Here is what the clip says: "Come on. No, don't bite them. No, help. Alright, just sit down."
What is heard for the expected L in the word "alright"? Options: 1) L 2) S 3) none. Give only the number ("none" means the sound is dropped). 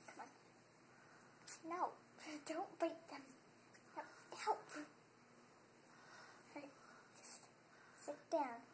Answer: 3